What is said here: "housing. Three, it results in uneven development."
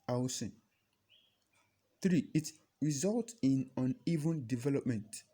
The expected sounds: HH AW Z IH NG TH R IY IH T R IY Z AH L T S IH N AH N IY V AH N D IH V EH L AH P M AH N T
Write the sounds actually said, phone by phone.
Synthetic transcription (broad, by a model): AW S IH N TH R IY IH T R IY Z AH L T IH N AH N IY V AH N D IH V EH L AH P M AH N T